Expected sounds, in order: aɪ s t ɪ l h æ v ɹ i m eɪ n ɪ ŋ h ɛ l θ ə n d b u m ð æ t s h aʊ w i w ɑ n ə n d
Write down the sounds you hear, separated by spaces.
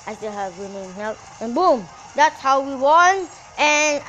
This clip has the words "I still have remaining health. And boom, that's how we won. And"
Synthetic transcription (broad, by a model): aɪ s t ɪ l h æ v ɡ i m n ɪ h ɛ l t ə n b u m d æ t s h aʊ w i w ɑ n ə n